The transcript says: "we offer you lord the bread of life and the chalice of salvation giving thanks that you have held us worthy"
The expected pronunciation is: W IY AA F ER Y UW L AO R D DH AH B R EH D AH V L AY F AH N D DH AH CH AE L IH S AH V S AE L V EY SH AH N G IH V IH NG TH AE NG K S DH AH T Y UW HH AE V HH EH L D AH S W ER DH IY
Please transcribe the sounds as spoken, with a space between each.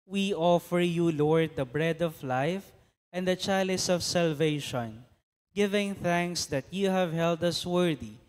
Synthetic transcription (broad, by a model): W IY AA F ER Y UW L AO R D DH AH B R EH D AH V L AY F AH N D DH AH CH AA L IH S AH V S AE L V EY SH AH N G IH V IH NG TH AE NG K S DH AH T Y UW HH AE V HH EH L D AH S W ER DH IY